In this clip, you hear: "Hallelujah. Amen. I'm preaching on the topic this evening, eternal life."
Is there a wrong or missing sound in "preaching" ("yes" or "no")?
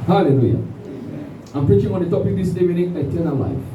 no